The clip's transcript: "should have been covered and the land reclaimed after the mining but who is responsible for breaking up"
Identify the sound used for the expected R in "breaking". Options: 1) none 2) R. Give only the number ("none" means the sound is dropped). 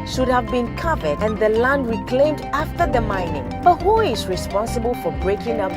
2